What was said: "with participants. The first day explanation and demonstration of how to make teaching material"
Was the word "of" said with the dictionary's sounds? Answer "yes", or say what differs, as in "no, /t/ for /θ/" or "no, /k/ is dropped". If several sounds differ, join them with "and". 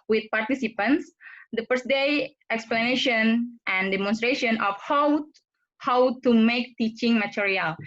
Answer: no, /w/ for /v/